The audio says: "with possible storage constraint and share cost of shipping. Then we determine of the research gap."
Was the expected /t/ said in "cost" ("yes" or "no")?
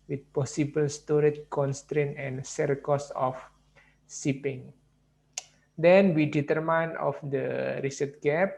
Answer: no